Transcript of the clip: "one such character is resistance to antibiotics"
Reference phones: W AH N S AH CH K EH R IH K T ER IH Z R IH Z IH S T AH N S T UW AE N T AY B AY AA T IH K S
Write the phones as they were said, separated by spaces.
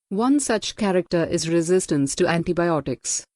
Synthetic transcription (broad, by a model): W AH N S AH CH K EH R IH K T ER IH Z R IH Z IH S T AH N S T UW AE N T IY B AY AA T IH K S